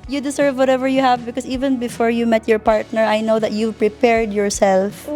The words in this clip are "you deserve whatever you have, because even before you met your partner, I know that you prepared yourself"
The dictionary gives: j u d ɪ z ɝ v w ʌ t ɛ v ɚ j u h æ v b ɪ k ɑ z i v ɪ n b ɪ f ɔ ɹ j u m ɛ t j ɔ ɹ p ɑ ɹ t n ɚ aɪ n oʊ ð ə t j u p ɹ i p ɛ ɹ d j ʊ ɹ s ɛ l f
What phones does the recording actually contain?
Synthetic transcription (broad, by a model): j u d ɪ s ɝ v w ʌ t ɛ v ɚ j u h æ v b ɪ k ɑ s i v ɪ n b ɪ f ɔ ɹ j u m ɛ t j ɔ ɹ p ɑ ɹ t n ɚ aɪ n oʊ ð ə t j u p ɹ i p ɛ ɹ d j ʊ ɹ s ɛ l f